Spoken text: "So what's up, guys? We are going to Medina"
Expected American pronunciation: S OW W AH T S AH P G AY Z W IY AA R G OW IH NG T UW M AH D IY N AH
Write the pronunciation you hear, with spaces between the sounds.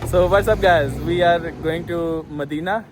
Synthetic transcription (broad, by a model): S OW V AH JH S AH B G AY Z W IY AA R G OW IH NG T UW M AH D IY N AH